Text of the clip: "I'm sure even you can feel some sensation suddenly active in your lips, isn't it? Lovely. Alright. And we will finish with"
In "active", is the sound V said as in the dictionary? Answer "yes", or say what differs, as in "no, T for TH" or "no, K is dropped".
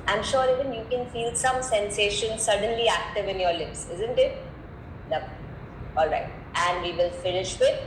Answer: yes